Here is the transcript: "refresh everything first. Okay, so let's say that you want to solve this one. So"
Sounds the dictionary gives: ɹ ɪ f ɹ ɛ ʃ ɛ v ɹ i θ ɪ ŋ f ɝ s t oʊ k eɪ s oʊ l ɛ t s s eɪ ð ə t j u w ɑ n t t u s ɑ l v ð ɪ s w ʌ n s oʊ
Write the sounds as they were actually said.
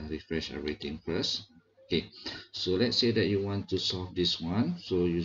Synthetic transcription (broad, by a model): ɹ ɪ f ɹ ɛ ʃ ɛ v ɹ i t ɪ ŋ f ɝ s oʊ k eɪ s oʊ l ɛ t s s eɪ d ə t j u w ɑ n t t u s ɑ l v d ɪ s w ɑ n s oʊ